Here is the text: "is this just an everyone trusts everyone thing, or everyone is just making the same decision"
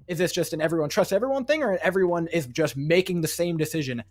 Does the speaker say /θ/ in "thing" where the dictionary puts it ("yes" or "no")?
yes